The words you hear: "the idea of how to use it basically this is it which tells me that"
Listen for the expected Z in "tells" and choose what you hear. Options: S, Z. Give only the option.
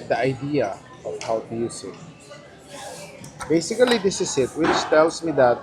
S